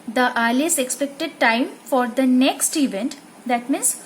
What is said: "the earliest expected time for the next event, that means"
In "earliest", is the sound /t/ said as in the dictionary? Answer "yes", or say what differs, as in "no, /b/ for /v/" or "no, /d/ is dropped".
no, /t/ is dropped